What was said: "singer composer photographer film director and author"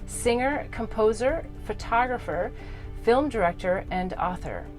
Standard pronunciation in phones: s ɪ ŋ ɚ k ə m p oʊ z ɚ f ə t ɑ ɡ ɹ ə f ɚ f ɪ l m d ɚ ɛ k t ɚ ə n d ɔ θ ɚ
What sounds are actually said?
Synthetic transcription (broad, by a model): s ɪ ŋ ɚ k ə m p oʊ z ɚ f ə t ɑ ɡ ɹ ə f ɚ f ɪ l m d ɚ ɛ k t ɚ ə n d ɔ θ ɚ